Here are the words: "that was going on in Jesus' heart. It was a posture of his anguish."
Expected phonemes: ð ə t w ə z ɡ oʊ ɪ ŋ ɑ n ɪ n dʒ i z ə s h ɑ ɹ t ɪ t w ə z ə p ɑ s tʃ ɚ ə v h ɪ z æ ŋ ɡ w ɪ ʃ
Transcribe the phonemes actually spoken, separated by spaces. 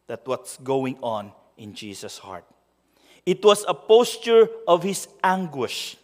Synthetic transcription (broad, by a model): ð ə t w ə s ɡ oʊ ɪ ŋ ɑ n ɪ n dʒ i s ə s h ɑ ɹ t ɪ t w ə s ə p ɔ s tʃ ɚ ə v h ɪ s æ ŋ ɡ w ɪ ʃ